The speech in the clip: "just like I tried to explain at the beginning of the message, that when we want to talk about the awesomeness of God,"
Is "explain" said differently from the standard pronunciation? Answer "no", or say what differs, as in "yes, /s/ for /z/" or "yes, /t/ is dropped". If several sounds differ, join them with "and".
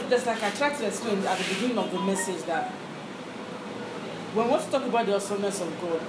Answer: yes, /l/ is dropped